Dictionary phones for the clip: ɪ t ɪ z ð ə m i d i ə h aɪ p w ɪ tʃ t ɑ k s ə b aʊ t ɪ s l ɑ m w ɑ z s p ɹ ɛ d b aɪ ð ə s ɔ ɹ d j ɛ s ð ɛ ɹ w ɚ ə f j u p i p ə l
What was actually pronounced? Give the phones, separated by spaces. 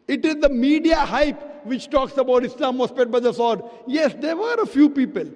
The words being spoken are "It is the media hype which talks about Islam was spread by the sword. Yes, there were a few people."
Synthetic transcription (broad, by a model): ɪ t ɪ z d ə m i d i ə h aɪ p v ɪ tʃ t ɑ k s ə b aʊ t ɪ s l ɑ m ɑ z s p ɛ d b aɪ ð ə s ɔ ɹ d j ɛ s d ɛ ɹ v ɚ ə f j u p i p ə l